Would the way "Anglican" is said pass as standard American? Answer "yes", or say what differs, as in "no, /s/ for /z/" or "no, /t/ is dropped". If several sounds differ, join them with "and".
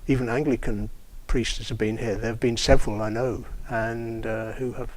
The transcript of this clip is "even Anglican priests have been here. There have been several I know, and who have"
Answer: yes